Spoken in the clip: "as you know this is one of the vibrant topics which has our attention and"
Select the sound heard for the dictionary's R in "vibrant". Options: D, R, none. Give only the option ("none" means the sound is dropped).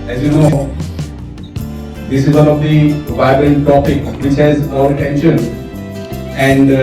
none